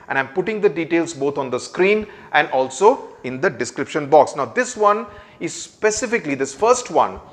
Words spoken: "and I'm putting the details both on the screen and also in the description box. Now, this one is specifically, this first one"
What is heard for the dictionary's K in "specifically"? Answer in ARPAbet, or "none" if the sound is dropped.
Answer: K